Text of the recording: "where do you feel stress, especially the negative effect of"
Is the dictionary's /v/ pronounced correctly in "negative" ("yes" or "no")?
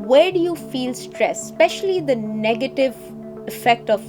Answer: yes